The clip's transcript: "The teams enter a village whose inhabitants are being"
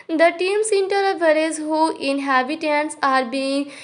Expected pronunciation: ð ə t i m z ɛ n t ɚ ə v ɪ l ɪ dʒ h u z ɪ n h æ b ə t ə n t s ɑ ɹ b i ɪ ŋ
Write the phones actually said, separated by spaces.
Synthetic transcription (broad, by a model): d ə t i m s ɛ n t ɚ ə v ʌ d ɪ z h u ɪ n h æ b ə t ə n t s ɑ ɹ b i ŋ